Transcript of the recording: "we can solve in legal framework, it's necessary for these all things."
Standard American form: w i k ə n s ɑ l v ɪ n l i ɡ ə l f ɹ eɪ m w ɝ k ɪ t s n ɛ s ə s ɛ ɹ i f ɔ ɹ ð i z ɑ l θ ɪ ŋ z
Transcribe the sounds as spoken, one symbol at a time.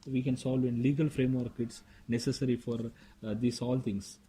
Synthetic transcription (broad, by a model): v i k ə n s ɑ l v ɪ n l i ɡ ə l f ɹ eɪ m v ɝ k ɪ t s n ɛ s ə s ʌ ɹ i f ɔ ɹ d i s ɑ l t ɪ ŋ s